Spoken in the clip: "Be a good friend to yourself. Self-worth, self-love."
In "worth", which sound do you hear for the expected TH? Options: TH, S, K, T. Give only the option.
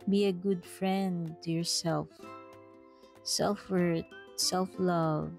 T